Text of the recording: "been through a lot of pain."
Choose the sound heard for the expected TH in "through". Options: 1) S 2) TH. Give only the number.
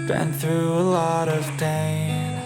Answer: 2